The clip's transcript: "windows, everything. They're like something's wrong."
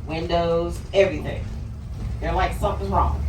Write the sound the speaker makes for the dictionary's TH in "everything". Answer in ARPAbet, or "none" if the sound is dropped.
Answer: TH